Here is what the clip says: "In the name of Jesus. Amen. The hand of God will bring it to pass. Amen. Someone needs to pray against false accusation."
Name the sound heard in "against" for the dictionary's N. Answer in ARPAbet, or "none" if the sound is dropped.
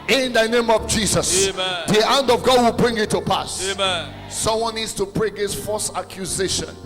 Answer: none